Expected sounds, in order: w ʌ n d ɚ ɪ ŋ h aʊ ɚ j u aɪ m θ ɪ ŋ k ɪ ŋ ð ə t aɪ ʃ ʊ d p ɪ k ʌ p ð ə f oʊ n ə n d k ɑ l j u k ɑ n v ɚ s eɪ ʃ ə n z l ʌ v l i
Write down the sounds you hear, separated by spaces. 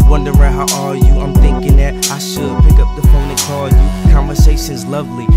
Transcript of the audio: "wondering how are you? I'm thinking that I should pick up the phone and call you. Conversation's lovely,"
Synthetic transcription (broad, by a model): w ʌ n d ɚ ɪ h aʊ ɚ j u aɪ m θ ɪ ŋ k ɪ ŋ ð ə t aɪ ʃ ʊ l p ɪ k ʌ p ð ə p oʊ ə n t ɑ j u k ɑ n v ɚ s eɪ ʃ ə n z l ʌ v l i